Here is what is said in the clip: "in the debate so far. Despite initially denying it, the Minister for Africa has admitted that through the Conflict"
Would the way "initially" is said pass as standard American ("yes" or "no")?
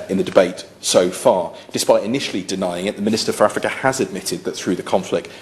yes